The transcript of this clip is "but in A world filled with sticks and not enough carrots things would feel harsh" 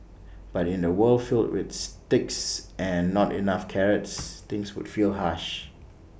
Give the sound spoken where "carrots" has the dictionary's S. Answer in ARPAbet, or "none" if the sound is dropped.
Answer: S